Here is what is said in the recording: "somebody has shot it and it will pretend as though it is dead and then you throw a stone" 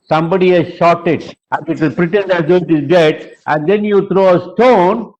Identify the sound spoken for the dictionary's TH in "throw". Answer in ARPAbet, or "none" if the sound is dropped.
T